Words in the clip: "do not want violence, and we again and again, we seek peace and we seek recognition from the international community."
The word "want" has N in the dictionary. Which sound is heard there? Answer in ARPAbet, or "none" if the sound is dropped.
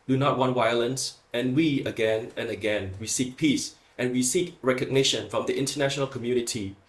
N